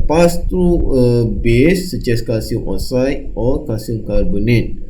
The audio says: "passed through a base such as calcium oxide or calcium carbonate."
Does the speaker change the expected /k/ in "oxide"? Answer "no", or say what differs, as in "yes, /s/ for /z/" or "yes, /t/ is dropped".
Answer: yes, /k/ is dropped